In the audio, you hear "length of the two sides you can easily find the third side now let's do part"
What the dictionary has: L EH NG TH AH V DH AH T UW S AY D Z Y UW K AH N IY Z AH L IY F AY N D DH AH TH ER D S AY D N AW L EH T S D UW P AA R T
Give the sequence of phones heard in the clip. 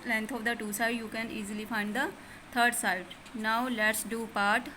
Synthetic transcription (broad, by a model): L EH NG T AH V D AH T UW S AY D Y UW K AH N IY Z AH L IY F AY N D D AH T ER D S AY D N AW L EH T S D UW P AA R T